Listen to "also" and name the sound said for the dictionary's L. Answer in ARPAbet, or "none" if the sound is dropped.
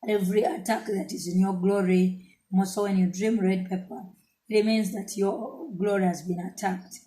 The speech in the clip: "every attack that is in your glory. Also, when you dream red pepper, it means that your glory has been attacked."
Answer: none